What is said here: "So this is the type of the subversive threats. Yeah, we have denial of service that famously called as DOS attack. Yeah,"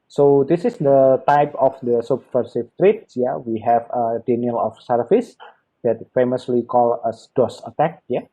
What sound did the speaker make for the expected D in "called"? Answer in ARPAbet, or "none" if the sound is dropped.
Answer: none